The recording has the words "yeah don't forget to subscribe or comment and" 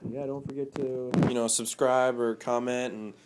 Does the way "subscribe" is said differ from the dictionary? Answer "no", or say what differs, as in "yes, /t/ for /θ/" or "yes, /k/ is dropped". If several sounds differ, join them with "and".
no